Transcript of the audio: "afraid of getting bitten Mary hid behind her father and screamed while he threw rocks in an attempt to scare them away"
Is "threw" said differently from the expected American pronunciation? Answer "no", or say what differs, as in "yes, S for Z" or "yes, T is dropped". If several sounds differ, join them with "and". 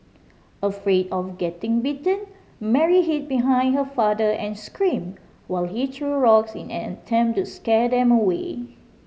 yes, T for TH